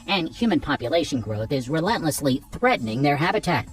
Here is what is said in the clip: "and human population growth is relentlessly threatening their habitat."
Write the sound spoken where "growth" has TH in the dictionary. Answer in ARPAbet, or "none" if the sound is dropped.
TH